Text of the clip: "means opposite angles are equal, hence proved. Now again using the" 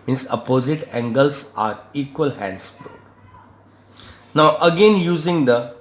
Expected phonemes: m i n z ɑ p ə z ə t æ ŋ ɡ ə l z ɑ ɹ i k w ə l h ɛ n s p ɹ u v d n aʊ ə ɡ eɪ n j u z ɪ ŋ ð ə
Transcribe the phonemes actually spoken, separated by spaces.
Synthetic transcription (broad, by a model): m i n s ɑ p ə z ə t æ ŋ ɡ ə l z ɑ ɹ i k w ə l h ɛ n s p ɔ d n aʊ ə ɡ eɪ n j u z ɪ ŋ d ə